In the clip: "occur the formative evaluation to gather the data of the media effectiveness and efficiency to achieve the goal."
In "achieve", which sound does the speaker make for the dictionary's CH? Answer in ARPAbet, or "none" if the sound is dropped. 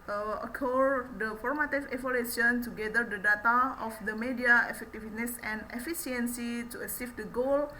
S